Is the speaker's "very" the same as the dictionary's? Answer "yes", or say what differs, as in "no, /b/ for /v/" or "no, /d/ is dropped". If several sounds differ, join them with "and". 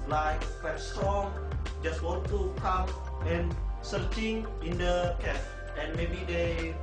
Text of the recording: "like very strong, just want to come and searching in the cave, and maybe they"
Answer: no, /f/ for /v/